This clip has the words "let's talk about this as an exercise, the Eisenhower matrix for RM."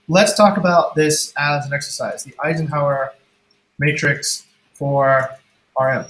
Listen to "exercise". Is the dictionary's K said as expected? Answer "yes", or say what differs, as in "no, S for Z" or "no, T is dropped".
yes